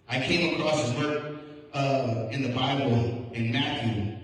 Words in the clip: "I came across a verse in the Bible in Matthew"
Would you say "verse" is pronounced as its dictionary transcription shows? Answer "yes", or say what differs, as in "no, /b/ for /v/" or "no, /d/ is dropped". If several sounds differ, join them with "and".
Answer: no, /w/ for /v/